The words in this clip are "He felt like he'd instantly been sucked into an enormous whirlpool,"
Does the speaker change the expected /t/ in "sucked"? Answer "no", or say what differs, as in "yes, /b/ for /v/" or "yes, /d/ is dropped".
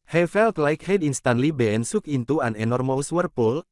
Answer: yes, /t/ is dropped